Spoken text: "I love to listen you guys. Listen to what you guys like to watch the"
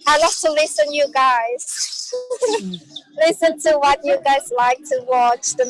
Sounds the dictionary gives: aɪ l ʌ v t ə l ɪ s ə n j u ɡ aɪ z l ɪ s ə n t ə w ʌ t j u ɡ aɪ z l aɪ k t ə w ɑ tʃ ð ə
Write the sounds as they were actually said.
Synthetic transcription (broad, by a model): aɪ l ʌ f t ə l ɪ s ə n j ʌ ɡ aɪ z l ɪ s ə n t ə w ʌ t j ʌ ɡ aɪ z l aɪ k t ə w ɑ tʃ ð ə